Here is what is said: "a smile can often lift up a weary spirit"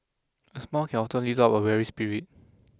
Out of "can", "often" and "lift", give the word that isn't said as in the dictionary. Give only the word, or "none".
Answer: lift